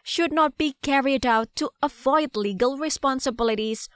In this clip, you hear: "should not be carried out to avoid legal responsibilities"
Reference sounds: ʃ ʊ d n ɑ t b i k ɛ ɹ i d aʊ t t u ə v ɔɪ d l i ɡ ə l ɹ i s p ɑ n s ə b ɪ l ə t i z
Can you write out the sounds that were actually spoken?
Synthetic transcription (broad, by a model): ʃ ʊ d n ɑ t b i k ɛ ɹ i d aʊ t t u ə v ɔɪ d l i ɡ ə l ɹ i s p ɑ n s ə b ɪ l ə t i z